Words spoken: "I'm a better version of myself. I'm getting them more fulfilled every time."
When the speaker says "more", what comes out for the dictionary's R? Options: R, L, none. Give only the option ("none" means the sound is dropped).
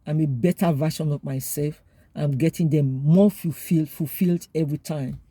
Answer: L